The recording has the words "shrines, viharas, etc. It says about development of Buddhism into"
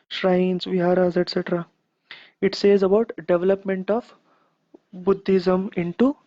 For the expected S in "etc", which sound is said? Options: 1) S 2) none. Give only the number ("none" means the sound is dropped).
1